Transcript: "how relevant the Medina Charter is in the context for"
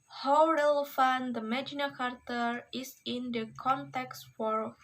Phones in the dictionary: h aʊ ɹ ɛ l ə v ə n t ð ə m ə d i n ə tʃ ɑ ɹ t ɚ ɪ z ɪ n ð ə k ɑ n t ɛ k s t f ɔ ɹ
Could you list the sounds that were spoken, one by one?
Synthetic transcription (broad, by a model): h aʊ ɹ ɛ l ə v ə n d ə m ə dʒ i n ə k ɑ ɹ t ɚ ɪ s ɪ n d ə k ɑ n t ɛ k s t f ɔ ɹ